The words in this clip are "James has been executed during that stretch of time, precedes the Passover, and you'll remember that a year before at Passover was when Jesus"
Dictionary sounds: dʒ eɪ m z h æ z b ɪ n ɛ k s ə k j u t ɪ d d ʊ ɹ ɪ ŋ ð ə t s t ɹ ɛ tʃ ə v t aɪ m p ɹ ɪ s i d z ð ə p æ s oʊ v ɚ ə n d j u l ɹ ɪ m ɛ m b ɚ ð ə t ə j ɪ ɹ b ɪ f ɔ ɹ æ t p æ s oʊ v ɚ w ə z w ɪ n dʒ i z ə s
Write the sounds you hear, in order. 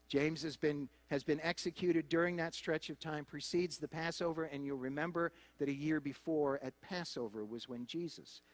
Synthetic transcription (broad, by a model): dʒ eɪ m z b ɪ z b ɪ n ɛ k s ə k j u t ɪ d d ʊ ɹ ɪ ŋ ð ə t s t ɹ ɛ tʃ ə v t aɪ m p ɹ ɪ s i d z ð ə p æ s oʊ v ɚ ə n j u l ɹ ɪ m ɛ m b ɚ ð ə t ə j ɪ ɹ b ɪ f ɔ ɹ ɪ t p æ s oʊ v ɚ w ə z w ɪ n dʒ i z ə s